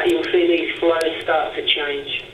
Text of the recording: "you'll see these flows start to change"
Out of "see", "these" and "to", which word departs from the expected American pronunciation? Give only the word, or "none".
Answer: to